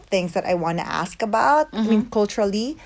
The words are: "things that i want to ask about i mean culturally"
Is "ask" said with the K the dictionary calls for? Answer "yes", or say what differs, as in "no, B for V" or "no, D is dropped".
yes